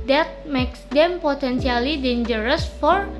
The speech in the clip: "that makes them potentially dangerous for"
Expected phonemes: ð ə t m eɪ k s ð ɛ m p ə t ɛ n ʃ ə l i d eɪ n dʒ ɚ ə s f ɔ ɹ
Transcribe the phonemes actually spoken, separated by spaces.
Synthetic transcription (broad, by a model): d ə t m eɪ k s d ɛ m p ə t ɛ n s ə l i d eɪ n dʒ ɚ ə s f ɔ ɹ